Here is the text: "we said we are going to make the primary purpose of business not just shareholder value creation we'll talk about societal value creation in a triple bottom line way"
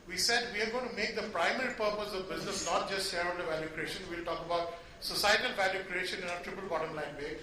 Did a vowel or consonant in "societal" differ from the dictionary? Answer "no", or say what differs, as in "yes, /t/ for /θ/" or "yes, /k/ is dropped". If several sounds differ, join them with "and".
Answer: no